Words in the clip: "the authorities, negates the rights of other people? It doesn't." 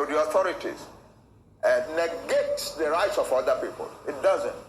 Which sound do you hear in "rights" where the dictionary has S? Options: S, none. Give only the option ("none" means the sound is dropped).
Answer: S